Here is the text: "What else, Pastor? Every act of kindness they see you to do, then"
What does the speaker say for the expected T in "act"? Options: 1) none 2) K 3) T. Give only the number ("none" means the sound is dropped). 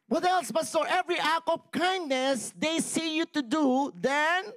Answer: 1